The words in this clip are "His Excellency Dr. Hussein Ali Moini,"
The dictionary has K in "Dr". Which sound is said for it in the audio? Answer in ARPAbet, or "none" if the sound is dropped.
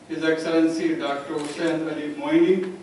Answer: K